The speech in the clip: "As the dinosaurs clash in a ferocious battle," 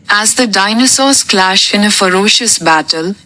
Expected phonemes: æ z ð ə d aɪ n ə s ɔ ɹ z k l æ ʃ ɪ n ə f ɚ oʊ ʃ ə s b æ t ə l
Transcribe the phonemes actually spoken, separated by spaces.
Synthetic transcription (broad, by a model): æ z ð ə d aɪ n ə s ɔ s k l æ ʃ ɪ n ə f ɚ oʊ ʃ ə s b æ t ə l